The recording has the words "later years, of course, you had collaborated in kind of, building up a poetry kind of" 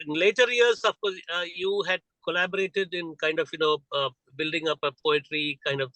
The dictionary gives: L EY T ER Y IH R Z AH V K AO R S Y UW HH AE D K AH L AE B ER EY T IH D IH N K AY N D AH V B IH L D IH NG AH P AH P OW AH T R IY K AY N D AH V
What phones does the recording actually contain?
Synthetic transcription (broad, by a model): L EY T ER Y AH R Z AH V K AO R Y UW HH AE D K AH L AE B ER EY T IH D IH N K AY N D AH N B IH L D IH NG AH P AH P OW AH T R IY K AY N D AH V